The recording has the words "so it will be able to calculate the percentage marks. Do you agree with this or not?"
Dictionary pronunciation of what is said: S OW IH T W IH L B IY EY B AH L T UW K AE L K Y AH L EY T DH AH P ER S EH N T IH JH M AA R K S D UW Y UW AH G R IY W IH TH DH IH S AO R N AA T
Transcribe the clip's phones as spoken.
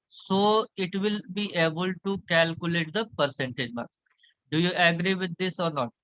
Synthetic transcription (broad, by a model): S OW IH T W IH L B IY EY B AH L T UW K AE L K Y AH L EY T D AH P ER S EH N T IH JH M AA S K D UW Y UW AH G R IY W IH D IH S AO R N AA T